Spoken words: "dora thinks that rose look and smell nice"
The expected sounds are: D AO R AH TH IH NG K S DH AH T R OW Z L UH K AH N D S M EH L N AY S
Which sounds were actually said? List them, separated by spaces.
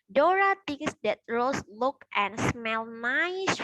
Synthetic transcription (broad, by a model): D AO R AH T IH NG S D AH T R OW S L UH K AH N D S M EH L N AY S